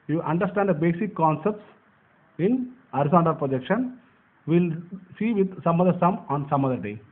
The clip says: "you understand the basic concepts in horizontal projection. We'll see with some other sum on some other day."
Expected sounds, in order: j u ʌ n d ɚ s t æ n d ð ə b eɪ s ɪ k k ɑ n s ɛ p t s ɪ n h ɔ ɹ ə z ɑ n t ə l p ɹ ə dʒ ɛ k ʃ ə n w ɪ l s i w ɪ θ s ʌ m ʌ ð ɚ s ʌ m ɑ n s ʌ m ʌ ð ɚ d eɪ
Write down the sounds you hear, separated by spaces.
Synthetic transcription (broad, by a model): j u ʌ n d ɚ s t æ n d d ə b eɪ s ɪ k k ɑ n s ɛ p t s ɪ n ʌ ɹ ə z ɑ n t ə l p ɹ ə dʒ ɛ k ʃ ə n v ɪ l s i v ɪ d s ʌ m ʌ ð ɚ s ʌ m ɑ n s ʌ m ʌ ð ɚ d eɪ